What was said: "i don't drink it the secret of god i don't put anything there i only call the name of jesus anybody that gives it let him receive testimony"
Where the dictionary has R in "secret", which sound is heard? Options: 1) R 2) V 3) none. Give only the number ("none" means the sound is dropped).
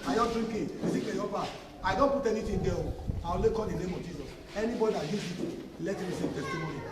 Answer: 3